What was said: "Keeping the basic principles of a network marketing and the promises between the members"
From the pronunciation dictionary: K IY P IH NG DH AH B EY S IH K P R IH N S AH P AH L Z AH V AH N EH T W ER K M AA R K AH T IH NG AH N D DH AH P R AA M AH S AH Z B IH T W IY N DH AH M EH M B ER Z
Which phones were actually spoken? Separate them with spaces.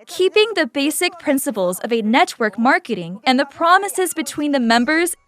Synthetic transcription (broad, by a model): K IY P IH NG DH AH B EY S IH K P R IH N S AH P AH L Z AH V AH N EH T W ER K M AA R K AH T IH NG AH N DH AH P R AA M AH S AH Z B IH T W IY N DH AH M EH M B ER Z